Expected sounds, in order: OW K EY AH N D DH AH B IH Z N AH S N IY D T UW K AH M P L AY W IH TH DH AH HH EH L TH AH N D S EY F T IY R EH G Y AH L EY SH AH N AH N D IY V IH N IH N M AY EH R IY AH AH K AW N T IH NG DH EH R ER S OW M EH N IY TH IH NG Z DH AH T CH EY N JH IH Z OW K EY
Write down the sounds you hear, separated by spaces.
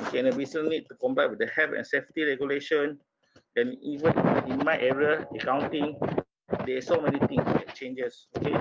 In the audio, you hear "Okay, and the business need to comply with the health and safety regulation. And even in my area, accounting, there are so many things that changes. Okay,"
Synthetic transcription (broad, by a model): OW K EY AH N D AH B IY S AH N IY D T UW K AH M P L AY W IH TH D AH HH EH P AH N S EY F T IY R EH G Y AH L EY SH AH N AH N IY V IH N IH N M AY EH R IY AH AH K AW N T IH NG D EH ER S OW M EH N IY T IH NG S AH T CH EY N JH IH S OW K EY